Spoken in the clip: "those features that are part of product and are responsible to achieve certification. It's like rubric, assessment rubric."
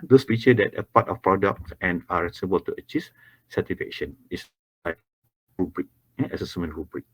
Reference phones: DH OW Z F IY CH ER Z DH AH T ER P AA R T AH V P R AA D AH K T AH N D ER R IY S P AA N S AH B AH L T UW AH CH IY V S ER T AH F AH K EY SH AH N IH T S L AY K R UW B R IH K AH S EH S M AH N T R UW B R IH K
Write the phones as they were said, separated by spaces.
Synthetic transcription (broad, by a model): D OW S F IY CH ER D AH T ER P AA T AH F P R AA D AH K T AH N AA R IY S AA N AH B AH L T UW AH CH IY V S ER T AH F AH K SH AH N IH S L AY K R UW B R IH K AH S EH S M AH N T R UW B R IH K